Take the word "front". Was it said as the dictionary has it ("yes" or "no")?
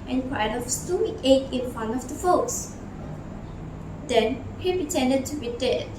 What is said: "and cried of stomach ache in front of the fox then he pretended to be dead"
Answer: no